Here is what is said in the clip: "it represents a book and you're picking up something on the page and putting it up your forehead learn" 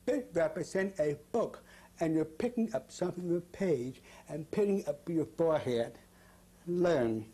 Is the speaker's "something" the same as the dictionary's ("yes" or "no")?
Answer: yes